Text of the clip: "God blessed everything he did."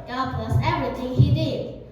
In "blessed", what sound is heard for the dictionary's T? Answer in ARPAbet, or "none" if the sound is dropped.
none